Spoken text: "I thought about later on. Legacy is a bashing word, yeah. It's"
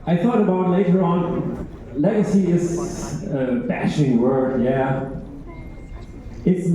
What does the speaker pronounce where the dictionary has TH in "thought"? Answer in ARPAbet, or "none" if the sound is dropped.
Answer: TH